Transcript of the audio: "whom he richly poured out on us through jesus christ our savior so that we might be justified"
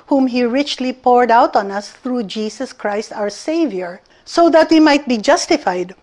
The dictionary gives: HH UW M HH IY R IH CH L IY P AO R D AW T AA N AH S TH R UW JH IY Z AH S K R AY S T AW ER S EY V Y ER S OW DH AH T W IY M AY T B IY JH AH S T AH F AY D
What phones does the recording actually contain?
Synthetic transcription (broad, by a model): HH UW M HH IY R IH CH L IY P AO R D AW T AA N AH S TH R UW JH IY S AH S K R AY S T AW ER S EY V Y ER S OW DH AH T W IY M AY T B IY JH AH S T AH F AY D